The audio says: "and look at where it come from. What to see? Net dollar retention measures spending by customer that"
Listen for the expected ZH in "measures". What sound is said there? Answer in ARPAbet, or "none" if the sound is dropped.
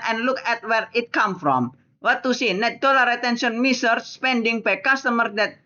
S